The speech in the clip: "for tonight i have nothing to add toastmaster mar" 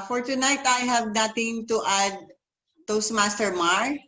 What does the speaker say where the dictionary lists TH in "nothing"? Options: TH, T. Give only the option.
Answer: T